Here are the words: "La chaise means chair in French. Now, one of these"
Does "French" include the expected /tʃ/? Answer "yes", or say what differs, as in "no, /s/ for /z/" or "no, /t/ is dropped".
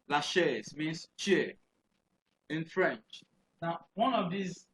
yes